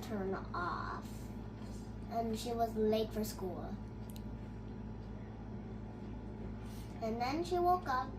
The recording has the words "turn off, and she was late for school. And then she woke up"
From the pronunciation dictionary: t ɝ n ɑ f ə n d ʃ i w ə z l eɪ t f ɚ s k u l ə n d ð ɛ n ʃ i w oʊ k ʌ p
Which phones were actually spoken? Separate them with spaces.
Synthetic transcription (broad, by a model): t ɝ n ɑ f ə n ʃ i w ə z l eɪ t f ɚ s k u l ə n ð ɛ n ʃ i w oʊ k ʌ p